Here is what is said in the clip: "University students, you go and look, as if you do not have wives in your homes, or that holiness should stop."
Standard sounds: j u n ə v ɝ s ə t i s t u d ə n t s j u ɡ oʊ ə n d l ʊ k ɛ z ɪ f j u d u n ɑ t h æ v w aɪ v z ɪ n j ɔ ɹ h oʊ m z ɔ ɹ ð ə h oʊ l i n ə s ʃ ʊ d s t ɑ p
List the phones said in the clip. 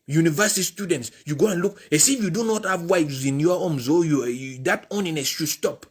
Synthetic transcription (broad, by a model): j u n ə v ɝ s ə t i s t u d ə n t s j u ɡ oʊ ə n l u k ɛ s ɪ f j u d u n ɑ t h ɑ v w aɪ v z ɪ n j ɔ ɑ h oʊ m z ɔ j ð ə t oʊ n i n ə s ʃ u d s t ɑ p